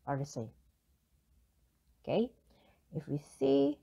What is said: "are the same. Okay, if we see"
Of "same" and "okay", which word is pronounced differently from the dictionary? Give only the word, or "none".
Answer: same